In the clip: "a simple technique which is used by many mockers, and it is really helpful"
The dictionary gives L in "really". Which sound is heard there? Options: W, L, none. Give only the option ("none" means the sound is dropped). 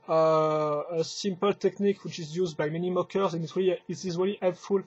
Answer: L